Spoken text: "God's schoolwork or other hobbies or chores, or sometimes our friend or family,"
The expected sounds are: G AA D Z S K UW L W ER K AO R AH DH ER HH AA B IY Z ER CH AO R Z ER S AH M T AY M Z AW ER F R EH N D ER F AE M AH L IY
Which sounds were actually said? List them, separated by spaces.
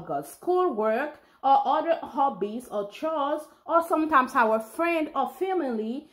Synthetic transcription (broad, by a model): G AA S K UW L W ER K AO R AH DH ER HH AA B IY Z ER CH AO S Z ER S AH M T AY M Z AW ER F R EH N D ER F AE M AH L IY